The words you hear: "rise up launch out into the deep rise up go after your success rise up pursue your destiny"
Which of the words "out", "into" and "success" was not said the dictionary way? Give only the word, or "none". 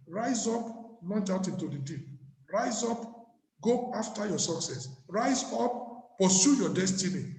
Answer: none